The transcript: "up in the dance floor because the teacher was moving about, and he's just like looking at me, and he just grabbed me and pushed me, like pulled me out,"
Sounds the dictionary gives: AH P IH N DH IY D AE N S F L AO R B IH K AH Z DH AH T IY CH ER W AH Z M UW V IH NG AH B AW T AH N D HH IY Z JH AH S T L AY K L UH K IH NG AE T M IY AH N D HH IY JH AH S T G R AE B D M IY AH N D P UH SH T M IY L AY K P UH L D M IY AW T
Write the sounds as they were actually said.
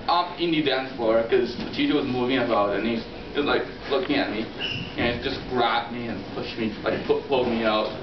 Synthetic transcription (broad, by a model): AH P IH N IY D AE N S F AO R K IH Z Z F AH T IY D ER W AH Z M UW V IH NG AH B AW T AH N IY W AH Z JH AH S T L AY K L UH K IH NG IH T M IY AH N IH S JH AH S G R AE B M IY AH N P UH SH M IY L AY K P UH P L M IY AW T